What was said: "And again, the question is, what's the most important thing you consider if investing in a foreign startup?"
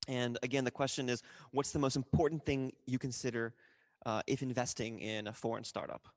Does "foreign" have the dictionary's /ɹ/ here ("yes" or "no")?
yes